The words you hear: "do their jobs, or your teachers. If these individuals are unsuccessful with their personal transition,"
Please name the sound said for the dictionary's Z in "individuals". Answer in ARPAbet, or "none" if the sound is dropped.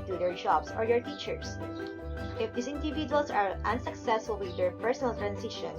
S